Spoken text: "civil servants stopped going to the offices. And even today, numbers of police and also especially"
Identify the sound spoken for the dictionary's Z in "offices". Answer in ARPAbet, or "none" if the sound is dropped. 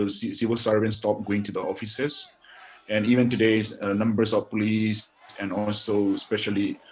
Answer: S